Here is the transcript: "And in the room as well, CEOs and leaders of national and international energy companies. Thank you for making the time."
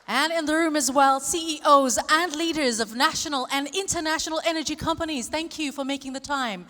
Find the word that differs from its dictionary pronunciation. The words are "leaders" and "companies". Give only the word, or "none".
none